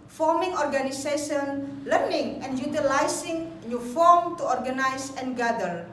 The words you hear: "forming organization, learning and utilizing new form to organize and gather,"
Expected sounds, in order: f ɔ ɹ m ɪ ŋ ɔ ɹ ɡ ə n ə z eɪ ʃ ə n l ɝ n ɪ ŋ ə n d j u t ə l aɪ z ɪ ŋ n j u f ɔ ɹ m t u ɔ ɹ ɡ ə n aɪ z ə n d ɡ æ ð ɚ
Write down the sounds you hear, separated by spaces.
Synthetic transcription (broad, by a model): f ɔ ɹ m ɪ ŋ ɔ ɹ ɡ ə n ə s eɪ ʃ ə n l ɝ n ɪ ŋ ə n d j u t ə l aɪ s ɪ ŋ n j u f ɔ ɹ m t u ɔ ɹ ɡ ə n aɪ s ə n ɡ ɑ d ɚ